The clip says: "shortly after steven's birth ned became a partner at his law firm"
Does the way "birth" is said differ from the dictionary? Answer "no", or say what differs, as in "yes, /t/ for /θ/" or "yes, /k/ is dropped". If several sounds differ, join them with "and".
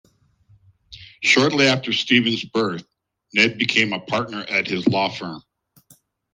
no